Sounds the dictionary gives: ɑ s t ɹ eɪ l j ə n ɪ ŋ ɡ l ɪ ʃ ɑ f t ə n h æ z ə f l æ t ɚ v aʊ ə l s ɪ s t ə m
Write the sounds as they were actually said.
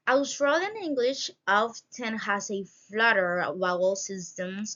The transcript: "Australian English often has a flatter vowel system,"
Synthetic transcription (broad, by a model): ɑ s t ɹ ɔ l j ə n ɪ ŋ ɡ l ɪ ʃ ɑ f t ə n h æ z ə f l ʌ t ɚ w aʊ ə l s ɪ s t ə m